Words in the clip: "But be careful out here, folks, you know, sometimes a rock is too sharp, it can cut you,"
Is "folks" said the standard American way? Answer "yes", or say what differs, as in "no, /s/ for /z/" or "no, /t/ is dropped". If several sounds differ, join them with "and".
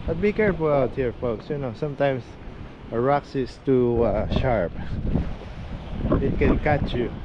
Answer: yes